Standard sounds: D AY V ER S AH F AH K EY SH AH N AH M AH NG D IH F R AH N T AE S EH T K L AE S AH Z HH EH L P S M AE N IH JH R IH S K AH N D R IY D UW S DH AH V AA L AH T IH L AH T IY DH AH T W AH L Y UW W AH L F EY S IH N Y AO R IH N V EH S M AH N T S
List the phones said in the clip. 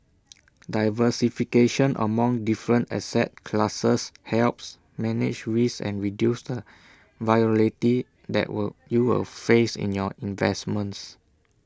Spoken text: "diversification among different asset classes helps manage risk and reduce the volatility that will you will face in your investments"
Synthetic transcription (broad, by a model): D AY V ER S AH F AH K EY SH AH N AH M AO NG D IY F R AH N T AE S EH T K L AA S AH S HH EH L P S M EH N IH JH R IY S AH N R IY D UW S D AH V AA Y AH L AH T IY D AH T W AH Y UW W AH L F EY S IH N Y AO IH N V EH S M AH N T S